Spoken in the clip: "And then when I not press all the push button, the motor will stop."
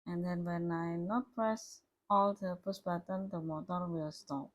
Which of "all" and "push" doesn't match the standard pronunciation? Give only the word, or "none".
push